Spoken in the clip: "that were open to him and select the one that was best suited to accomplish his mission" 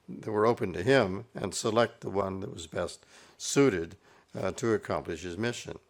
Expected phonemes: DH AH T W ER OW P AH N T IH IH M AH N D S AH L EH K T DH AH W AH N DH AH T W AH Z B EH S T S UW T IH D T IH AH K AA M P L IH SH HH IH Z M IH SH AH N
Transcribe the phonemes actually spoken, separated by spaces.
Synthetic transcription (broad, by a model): DH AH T W ER OW P AH N T IH IH M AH N S AH L EH K T DH AH W AH N DH AH T W AH Z B EH S T S UW T IH D T IH AH K AA M P L IH SH HH IH Z M IH SH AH N